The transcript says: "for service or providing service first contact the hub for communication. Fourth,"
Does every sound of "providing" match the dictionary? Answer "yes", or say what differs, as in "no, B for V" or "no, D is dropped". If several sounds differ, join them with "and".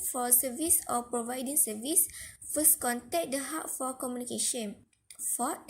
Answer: yes